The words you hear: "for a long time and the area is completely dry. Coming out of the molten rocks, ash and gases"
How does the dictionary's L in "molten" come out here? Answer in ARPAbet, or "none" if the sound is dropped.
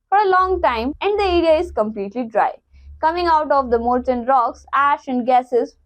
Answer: none